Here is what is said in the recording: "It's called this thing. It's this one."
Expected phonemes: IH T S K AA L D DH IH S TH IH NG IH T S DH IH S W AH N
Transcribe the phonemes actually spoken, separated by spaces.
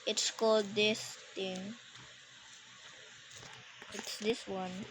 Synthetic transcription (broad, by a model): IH T S K AA L D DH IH S T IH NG IH T S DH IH S W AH N